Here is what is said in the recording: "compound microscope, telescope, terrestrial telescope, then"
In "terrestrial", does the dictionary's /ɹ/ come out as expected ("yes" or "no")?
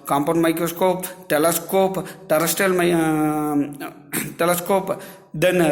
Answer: no